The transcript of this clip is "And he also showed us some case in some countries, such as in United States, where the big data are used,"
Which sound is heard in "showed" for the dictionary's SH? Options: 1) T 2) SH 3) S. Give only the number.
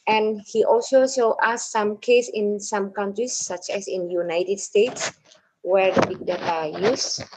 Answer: 3